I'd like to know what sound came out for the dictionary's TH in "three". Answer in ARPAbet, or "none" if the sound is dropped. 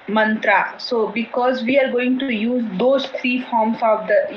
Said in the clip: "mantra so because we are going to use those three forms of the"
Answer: T